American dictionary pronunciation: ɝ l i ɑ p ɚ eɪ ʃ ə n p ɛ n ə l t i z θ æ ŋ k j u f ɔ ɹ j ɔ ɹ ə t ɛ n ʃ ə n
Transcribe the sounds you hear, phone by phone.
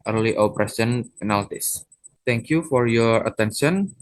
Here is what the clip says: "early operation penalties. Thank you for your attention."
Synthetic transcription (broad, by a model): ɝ l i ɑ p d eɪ s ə n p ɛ n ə l t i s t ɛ ŋ k j u f ɔ ɹ j ɔ ɹ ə t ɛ n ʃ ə n